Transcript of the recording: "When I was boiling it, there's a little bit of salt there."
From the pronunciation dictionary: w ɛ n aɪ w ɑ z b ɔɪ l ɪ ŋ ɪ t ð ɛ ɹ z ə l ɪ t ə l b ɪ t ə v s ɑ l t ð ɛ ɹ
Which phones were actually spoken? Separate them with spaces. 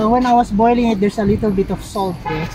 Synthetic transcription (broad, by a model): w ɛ n aɪ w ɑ s b ɔɪ l ɪ ŋ ɪ t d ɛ ɹ s ə l ɪ t ə l b ɪ t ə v s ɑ l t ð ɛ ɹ